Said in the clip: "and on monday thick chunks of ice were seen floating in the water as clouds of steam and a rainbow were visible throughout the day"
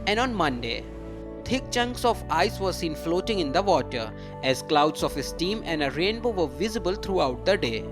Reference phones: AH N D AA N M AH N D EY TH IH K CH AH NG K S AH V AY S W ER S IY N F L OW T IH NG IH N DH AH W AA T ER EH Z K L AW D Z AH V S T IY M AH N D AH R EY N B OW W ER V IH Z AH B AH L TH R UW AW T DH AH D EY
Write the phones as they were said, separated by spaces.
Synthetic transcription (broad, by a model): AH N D AA N M AH N D EY T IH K CH AH NG K S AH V AY S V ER S IY N F L OW T IH NG IH N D AH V AA T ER EH Z K L AW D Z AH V S T IY M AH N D AH R EY N B OW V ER V IH Z AH B AH L T R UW AW T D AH D EY